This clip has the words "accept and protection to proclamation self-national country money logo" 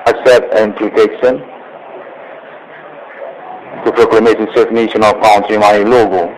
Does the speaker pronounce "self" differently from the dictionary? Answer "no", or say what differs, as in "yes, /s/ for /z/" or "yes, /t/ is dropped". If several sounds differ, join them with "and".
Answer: yes, /l/ is dropped